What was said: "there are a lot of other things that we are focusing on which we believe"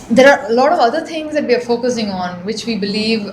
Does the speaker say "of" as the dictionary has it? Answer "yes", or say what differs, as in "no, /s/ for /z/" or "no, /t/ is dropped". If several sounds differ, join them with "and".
yes